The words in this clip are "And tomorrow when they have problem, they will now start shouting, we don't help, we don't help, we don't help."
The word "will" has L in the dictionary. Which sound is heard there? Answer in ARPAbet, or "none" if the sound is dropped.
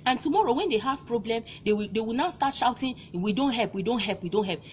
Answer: W